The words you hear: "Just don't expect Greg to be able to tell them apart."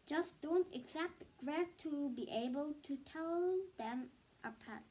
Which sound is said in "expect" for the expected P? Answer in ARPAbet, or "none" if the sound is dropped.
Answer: none